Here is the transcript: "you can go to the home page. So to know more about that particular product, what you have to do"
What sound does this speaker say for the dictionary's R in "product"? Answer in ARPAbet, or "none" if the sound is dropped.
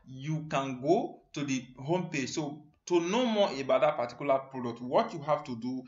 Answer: R